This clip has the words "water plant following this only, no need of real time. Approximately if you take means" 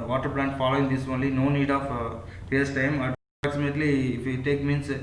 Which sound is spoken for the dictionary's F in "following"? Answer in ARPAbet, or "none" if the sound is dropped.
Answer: F